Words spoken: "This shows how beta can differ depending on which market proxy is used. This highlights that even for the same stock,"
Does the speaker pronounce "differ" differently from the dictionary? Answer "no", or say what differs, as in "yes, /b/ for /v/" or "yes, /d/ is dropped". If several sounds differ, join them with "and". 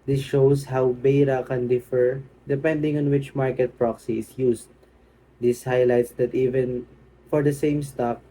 no